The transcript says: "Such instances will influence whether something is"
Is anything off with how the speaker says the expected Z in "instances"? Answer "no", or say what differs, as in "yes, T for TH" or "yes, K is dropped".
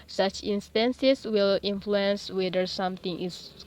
yes, S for Z